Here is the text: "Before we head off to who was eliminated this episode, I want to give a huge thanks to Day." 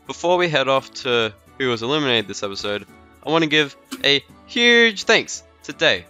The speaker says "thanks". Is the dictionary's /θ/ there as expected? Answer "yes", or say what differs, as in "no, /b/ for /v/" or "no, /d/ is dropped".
yes